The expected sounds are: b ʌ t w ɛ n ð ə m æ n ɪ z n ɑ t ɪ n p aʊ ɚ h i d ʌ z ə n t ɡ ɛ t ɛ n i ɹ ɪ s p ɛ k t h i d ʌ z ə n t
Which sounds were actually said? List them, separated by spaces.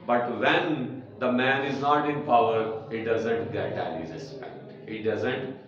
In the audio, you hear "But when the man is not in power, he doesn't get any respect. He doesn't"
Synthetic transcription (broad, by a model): b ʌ t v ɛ n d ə m æ n ɪ z n ɑ t ɪ n p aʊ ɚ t d ʌ z ə n t ɡ ɛ t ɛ l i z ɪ s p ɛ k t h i d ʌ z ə n t